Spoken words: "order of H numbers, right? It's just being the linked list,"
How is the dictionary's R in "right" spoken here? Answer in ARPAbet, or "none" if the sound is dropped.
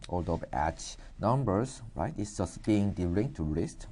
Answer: R